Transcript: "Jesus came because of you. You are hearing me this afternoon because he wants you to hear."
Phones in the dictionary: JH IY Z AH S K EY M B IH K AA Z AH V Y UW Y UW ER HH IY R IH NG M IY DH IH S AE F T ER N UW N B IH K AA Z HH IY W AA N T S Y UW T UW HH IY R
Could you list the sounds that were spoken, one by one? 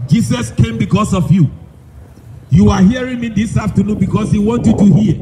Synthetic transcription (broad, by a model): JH IY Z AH S K EY M B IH K AA S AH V Y UW Y UW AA HH IY R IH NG M IY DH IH S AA F T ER N UW N B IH K AA S HH IY W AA N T Y UW T UW HH IY